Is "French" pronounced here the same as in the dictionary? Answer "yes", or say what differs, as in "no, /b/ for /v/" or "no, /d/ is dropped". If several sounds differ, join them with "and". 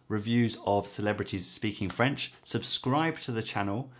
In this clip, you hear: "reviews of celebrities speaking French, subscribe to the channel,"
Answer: yes